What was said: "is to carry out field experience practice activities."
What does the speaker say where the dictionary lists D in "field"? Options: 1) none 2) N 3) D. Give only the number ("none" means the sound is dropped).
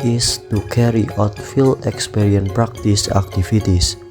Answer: 1